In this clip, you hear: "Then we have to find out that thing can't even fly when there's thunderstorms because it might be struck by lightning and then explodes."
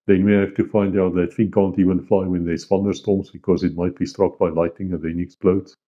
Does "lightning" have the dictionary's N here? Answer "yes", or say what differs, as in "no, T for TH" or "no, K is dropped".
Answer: no, N is dropped